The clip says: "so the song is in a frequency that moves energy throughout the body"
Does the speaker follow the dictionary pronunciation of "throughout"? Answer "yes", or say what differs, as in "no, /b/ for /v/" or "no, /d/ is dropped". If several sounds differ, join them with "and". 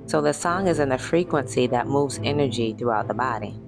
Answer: yes